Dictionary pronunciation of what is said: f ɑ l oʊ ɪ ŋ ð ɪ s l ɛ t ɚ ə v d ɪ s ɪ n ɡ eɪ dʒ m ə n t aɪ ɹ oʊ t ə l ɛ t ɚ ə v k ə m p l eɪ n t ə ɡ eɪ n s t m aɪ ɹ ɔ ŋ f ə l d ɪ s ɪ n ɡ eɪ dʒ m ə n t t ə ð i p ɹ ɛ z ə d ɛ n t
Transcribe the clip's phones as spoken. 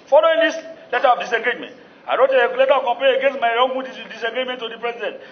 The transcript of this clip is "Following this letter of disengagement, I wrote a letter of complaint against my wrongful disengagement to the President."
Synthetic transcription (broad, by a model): f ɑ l oʊ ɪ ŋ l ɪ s l ɛ t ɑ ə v d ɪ s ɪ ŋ ɡ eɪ dʒ m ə n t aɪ ɹ oʊ t ə l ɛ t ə k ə m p eɪ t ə ɡ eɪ n s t m aɪ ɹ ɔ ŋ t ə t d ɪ s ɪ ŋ ɡ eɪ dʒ m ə n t t ə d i p ɹ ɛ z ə d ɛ n t